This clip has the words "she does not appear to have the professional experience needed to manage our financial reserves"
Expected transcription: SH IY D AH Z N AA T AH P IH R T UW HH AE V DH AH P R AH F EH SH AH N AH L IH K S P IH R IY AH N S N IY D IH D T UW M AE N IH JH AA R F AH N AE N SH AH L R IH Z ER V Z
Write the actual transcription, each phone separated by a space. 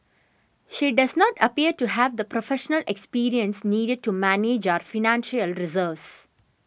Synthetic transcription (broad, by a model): SH IY D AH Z N AA T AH P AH R T UW HH AE V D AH P R AH F EH SH AH N AH L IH K S P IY R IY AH N S N IY D IH D T UW M AE N IH JH AA R F AH N AE N SH AH L R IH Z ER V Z